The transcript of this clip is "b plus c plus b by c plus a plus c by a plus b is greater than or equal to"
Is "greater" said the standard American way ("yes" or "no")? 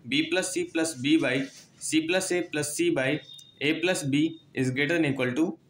no